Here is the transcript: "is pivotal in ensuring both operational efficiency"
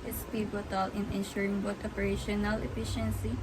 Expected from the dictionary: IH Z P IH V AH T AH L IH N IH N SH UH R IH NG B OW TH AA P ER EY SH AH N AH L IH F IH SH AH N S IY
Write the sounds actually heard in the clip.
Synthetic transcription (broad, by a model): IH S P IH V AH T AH L IH N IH N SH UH R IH NG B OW T AA P ER EY SH AH N AH L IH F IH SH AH N S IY